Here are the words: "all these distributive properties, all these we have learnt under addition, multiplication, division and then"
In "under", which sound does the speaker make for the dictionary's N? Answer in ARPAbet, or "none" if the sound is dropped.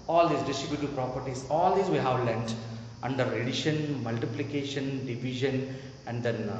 N